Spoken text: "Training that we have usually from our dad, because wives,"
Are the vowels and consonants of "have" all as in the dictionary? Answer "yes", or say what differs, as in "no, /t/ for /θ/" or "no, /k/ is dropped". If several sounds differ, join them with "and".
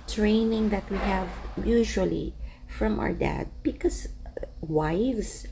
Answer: yes